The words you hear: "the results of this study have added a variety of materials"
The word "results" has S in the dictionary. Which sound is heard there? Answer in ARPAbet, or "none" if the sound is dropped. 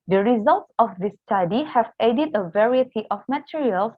S